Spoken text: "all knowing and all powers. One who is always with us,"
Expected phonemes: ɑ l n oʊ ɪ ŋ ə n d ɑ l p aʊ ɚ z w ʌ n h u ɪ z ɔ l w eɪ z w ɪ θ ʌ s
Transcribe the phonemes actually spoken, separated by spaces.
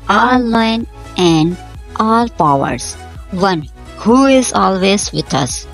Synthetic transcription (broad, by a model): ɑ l l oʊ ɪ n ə n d ɑ l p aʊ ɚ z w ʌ n h u ɪ z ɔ l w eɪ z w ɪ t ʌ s